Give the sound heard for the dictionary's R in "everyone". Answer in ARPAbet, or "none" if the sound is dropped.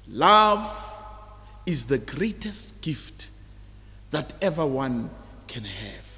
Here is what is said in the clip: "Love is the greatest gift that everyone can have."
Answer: none